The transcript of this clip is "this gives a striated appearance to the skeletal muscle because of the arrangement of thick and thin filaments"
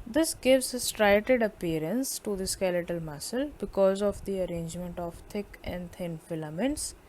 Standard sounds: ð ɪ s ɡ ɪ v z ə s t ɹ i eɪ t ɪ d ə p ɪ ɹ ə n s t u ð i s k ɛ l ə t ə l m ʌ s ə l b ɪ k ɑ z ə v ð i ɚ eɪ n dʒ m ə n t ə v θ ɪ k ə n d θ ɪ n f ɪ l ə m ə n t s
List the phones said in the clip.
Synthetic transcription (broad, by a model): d ɪ s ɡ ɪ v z ə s t ɹ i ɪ t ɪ d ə p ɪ ɹ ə n s t u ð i s k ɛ l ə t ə l m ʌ s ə l b ɪ k ɑ z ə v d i ɚ eɪ n dʒ m ə n t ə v t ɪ k ə n d t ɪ n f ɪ l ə m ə n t s